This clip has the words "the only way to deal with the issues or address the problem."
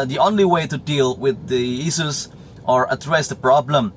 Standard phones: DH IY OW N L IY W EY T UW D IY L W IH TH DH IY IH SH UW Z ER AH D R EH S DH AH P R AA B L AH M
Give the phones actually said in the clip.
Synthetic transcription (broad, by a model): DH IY OW N L IY W EY T UW D IY L W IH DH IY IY S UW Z ER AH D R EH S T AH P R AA B L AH M